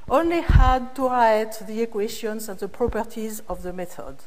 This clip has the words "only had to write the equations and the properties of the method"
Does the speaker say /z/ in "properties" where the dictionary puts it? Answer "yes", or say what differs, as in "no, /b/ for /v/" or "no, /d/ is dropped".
yes